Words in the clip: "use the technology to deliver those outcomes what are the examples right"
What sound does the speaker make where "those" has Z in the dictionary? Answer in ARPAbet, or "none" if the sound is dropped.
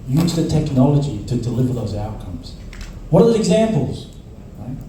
Z